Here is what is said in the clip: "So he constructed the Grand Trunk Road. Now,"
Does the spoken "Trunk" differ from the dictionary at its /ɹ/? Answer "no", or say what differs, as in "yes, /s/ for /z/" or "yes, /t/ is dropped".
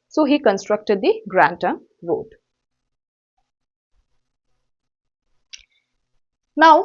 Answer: yes, /ɹ/ is dropped